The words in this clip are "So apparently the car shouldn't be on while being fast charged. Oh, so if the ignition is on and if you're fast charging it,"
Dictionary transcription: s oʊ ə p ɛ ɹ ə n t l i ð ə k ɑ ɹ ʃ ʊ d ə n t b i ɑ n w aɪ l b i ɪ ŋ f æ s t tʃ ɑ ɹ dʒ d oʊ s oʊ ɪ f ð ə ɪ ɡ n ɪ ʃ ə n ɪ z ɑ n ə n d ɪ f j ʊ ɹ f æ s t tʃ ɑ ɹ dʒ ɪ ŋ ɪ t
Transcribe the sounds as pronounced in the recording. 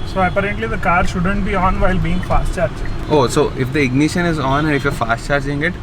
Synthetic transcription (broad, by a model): s oʊ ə p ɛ ɹ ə n t l i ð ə k ɑ ɹ ʃ ʊ d ə n t b i ɑ n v aɪ l b i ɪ ŋ f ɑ s t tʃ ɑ ɹ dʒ oʊ s oʊ ɪ f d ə ɪ ɡ n ɪ ʃ ə n ɪ z ɑ n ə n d ɪ f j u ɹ f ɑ s t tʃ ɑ ɹ dʒ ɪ ŋ ɪ t